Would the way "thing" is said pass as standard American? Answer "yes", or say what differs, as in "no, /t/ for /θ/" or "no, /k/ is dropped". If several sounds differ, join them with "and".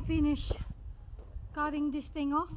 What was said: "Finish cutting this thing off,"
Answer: no, /t/ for /θ/